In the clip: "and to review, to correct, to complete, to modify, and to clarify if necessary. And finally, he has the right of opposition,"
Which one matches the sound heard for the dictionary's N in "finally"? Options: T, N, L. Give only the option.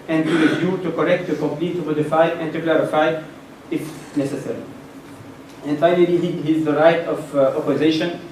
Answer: L